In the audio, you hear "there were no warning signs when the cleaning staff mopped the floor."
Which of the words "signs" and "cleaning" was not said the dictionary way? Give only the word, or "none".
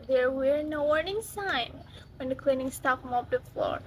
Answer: signs